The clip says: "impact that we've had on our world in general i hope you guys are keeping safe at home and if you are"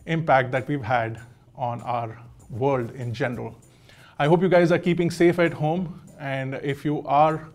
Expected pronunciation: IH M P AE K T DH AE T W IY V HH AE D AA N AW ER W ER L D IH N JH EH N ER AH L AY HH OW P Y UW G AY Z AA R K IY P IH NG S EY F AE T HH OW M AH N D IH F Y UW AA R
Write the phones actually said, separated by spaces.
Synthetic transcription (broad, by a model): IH M P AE K T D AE T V IY V HH AE D AA N AW ER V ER L D IH N JH EH N ER AH L AY HH OW P Y UW G AY Z AA R K IY P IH NG S EY F AE T HH OW M AH N D IH F Y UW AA R